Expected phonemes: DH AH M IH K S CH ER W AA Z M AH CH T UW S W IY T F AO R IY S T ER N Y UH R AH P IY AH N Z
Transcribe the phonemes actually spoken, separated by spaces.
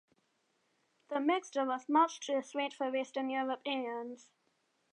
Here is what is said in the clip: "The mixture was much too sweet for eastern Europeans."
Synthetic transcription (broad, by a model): DH AH M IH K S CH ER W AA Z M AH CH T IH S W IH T F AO W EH S T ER N Y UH R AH P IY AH N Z